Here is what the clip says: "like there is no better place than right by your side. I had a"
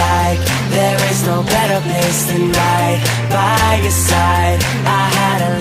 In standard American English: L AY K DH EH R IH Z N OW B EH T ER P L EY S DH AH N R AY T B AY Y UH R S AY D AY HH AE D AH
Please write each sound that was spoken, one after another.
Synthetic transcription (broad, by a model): AY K DH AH R IH Z N OW B EH T ER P EY S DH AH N L AY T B AY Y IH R S AY D AY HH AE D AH